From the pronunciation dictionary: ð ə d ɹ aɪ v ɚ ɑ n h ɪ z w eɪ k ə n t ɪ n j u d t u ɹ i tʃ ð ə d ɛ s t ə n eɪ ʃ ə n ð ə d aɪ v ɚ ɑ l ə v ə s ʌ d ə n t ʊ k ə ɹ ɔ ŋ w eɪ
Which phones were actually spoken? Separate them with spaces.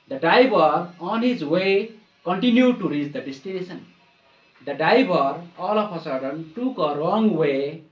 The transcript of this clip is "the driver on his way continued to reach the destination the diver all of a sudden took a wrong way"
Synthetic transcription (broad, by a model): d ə d aɪ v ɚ ɑ n h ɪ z w eɪ k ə n t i n j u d t u ɹ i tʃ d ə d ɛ s t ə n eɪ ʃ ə n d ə d aɪ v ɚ ɑ l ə p ə s ʌ d ə n t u k ə ɹ ɔ ŋ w eɪ